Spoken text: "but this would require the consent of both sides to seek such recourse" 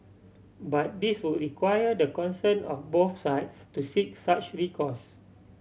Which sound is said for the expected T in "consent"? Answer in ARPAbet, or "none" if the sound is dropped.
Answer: none